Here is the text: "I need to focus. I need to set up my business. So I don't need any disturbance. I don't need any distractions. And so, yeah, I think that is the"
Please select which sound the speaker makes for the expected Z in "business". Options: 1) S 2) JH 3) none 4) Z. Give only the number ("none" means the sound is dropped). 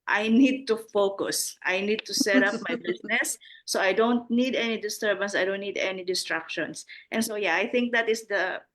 1